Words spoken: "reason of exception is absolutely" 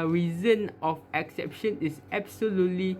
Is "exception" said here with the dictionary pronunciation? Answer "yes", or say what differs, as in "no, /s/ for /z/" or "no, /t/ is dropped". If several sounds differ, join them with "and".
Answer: yes